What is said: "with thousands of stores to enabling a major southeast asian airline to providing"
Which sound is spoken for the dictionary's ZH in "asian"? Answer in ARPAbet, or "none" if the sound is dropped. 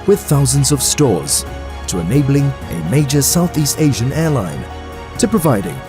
ZH